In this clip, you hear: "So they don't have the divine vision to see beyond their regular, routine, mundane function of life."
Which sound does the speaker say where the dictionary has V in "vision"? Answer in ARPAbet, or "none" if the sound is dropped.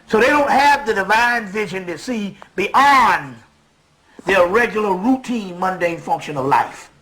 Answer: V